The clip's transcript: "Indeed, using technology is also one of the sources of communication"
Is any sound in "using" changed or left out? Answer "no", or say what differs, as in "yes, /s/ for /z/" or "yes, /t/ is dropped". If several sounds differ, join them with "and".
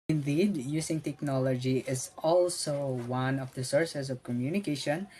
yes, /s/ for /z/